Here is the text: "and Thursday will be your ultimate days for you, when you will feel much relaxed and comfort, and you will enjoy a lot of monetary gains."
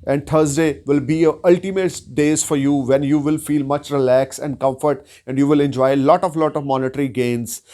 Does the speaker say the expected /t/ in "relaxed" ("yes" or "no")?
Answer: no